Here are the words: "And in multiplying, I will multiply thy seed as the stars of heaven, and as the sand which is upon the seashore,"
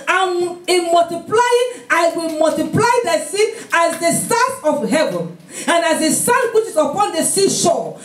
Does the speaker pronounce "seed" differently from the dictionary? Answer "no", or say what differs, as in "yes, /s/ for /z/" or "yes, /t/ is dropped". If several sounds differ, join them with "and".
yes, /d/ is dropped